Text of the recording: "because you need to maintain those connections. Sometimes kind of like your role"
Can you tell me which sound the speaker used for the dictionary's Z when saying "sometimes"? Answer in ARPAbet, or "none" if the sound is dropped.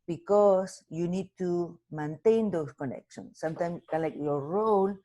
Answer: S